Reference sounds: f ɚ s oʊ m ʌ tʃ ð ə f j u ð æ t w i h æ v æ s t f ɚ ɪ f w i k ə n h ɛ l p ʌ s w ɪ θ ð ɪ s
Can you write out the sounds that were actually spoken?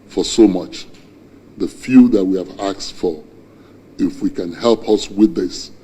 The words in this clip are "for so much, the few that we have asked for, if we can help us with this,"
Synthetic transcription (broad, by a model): f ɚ s oʊ m ʌ tʃ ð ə f j u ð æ t w i h æ v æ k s f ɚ ɪ f w i k ə n h ɛ l p ʌ s w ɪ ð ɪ s